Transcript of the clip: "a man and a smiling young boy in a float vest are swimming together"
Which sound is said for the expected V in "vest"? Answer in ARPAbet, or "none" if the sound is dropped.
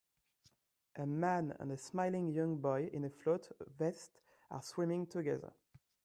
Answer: V